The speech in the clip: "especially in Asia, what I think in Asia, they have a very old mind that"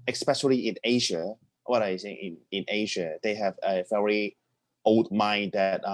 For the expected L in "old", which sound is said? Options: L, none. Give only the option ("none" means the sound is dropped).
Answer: L